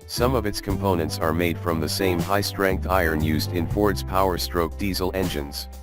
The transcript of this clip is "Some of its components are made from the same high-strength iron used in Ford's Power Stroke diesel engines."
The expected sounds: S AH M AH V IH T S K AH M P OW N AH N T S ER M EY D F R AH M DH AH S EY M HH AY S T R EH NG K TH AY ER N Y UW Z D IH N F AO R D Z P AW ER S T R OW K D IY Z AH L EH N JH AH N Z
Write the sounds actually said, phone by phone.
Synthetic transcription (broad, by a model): S AH M AH V IH T S K AH M P OW N AH N T S ER M EY D F R AH M DH AH S EY M HH AY S T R EH NG K T AY ER N Y UW Z D IH N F AO R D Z P AW ER S T R OW K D IY Z L EH N JH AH N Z